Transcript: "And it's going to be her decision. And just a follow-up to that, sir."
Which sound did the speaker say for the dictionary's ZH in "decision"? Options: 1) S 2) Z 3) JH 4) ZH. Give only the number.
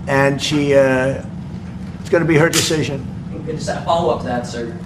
4